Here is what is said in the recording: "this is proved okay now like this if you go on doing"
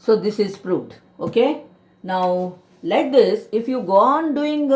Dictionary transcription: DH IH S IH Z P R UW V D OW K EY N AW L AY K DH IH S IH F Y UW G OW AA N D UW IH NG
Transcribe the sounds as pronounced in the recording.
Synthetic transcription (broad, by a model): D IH S IH Z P R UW D OW K EY N AW L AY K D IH S IH F Y UW G OW AA N D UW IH NG